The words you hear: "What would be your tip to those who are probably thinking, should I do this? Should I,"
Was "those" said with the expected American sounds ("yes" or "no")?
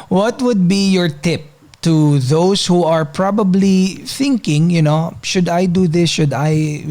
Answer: no